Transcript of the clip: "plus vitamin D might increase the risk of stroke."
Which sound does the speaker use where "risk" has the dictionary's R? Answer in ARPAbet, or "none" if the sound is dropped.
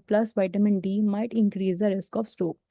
R